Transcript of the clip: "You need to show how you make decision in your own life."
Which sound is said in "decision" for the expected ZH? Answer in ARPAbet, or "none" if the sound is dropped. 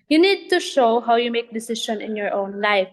SH